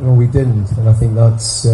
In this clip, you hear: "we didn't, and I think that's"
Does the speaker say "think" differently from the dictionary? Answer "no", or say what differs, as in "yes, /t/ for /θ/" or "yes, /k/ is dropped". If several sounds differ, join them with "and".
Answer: no